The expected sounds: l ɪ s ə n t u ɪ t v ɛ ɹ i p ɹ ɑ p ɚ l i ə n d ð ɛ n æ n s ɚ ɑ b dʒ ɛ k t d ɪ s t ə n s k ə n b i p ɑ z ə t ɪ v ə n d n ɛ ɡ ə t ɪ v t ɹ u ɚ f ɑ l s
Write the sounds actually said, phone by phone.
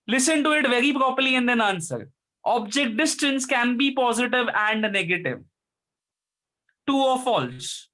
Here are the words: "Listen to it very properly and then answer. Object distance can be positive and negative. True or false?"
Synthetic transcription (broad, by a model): l ɪ s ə n t u ɪ t v ɛ ɹ i p ɹ ɑ p ɚ l i ə n d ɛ n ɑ n s ɚ ɑ b dʒ ɛ k t d ɪ s t ə n s k ə n b i p ɑ z ə t ɪ v ə n d n ɛ ɡ ə t ɪ v t u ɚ f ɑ l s